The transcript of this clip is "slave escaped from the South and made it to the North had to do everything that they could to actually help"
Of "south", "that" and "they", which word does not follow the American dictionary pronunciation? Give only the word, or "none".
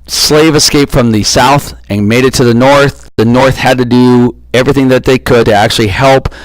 none